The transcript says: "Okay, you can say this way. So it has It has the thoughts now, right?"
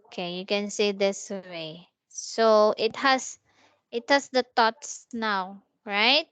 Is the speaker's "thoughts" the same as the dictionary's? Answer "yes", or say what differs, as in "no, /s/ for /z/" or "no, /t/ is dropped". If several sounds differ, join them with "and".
no, /t/ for /θ/